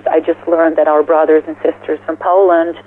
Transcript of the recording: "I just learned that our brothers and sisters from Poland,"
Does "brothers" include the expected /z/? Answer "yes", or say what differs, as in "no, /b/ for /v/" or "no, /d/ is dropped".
yes